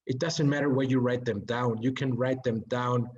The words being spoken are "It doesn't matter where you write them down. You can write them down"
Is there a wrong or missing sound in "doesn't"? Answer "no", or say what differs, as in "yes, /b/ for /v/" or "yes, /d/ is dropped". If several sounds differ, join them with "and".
no